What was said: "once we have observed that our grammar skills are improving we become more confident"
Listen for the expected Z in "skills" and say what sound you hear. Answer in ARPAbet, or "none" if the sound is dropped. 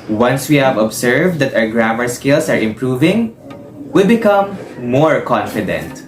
S